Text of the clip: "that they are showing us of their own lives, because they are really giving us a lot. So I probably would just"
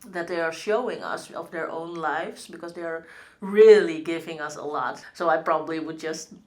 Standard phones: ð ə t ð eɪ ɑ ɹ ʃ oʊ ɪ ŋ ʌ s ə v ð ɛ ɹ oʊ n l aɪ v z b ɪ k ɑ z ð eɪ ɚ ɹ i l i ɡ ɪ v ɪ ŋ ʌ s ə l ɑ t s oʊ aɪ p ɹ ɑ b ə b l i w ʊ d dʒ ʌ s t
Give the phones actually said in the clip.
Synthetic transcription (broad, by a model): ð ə t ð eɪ ɑ ɹ ʃ oʊ ɪ ŋ ʌ s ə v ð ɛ ɹ oʊ n l aɪ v s b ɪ k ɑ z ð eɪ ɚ ɹ i l i ɡ ɪ v ɪ ŋ ʌ s ə l ɑ t s oʊ aɪ p ɹ ɑ b ə b l i w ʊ d dʒ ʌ s t